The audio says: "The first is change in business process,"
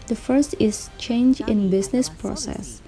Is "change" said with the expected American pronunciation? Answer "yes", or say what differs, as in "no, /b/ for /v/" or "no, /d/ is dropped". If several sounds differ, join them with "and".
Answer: yes